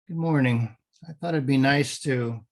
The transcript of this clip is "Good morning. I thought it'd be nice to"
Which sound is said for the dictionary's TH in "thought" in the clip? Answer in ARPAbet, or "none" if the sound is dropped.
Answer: TH